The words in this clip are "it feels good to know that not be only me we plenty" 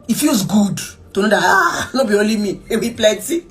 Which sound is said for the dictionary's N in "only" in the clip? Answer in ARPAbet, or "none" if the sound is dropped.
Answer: none